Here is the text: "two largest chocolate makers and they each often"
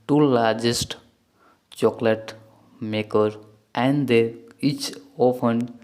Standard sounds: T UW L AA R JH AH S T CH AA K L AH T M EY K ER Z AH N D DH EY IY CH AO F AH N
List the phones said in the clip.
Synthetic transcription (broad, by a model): T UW L AA R JH AH S T CH AA K L AH T M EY K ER AH N D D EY IY CH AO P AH N